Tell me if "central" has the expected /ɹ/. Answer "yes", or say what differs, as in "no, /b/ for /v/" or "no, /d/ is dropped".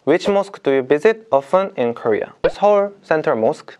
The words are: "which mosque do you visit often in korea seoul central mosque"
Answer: no, /ɹ/ is dropped